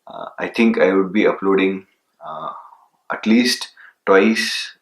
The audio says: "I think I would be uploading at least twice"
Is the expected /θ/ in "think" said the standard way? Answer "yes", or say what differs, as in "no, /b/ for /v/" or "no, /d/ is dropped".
no, /t/ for /θ/